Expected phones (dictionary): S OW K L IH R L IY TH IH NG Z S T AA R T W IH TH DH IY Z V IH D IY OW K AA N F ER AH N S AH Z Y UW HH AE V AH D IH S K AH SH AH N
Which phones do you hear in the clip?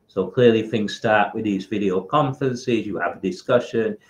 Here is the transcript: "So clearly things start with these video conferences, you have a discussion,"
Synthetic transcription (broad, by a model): S OW K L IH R L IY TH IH NG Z S T AA R T W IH DH IY Z V IH D IY OW K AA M F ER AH N S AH Z Y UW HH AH V AH D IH S K AH SH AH N